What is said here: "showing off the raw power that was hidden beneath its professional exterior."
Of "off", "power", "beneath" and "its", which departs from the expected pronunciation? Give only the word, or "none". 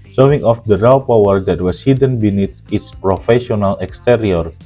beneath